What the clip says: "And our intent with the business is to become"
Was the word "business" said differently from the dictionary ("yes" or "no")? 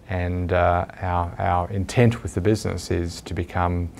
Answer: no